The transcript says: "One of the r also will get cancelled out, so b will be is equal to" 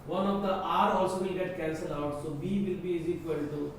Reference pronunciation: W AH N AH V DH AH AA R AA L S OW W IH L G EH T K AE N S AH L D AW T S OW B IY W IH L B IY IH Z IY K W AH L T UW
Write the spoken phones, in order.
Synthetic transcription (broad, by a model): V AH N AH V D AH AA R AA L S OW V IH L G EH T K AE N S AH L AW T S OW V IY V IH L B IY IH Z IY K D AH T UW